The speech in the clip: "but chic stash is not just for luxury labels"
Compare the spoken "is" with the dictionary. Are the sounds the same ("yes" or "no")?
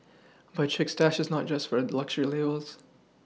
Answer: yes